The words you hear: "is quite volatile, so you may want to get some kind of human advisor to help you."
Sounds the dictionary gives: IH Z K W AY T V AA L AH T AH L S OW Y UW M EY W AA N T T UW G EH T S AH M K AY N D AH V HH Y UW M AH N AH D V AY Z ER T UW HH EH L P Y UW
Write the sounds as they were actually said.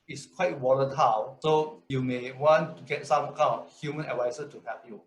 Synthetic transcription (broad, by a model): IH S K W AY T W AA L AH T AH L S OW Y UW M EY W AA N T T UW G EH T S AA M K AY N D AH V HH Y UW M AH N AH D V AY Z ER T UW HH EH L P Y UW